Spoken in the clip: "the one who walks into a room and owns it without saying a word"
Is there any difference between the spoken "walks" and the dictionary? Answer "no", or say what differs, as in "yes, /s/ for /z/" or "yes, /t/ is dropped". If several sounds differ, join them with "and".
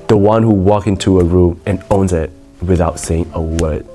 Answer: yes, /s/ is dropped